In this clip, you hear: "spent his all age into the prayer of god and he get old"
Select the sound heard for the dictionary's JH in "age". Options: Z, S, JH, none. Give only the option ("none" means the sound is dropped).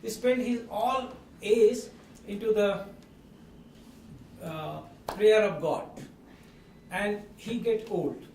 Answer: Z